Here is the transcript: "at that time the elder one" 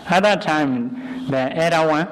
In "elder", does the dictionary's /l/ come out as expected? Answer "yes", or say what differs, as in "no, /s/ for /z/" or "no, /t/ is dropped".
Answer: no, /l/ is dropped